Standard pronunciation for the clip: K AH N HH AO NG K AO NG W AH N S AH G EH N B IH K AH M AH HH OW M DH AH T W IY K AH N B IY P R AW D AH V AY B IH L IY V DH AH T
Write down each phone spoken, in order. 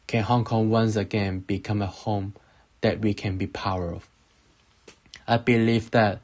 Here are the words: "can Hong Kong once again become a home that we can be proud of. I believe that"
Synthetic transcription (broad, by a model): K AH N HH AO NG K AO NG W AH N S AH G EH N B IH K AH M AH HH OW M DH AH T W IY K AH N B IY P AW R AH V AY B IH L IY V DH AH T